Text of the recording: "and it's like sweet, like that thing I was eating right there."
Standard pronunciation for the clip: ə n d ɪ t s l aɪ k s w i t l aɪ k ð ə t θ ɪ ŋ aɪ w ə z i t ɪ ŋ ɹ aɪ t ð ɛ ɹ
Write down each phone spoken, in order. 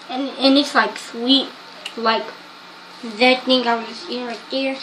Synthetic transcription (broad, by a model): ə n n ɪ t s l aɪ k s w i t l aɪ k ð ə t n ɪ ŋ aɪ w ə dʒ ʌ s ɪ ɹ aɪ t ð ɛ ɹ